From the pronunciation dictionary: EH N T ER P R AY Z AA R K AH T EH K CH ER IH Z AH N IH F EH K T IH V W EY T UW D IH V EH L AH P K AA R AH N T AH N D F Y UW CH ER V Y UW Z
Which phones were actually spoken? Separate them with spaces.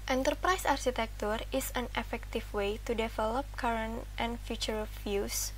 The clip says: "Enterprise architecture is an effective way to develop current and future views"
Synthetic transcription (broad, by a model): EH N T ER P R AY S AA R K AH T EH K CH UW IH S AH N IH F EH K T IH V W EY T UW D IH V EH L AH P K AA R AH N T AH N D F Y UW CH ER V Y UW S